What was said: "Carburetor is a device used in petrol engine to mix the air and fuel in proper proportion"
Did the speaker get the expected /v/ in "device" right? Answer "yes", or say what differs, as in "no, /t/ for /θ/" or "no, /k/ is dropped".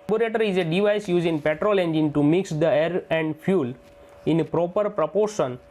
yes